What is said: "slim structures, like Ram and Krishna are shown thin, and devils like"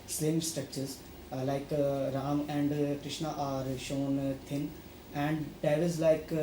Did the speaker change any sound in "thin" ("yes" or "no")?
yes